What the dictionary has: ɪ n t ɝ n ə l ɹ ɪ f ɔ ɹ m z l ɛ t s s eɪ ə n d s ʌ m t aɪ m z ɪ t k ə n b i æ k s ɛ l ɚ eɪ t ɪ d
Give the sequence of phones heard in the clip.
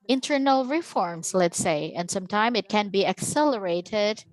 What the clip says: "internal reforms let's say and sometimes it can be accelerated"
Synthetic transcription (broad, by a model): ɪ n t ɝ n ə l ɹ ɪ f ɔ ɹ m s l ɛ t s s eɪ ə n d s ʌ m t aɪ m ɪ t k ə n b i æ k s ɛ l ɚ eɪ t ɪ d